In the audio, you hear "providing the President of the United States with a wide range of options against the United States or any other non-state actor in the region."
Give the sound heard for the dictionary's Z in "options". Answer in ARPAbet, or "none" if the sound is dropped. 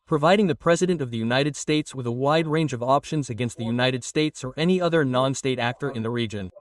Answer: Z